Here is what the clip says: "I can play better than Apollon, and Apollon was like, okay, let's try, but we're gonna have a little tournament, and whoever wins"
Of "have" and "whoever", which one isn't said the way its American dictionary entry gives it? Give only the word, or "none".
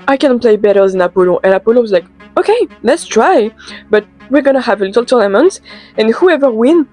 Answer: none